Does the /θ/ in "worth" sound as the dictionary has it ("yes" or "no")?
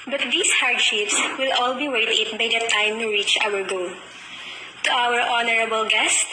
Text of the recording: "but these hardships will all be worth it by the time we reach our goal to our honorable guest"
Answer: no